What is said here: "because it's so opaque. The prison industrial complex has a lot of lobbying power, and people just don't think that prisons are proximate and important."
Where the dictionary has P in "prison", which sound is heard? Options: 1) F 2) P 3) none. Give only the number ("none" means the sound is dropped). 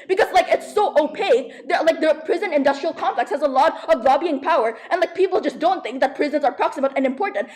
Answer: 2